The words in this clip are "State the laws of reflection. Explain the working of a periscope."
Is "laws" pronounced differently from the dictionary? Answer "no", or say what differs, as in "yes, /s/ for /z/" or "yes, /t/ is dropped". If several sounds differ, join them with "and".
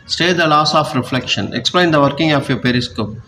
yes, /s/ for /z/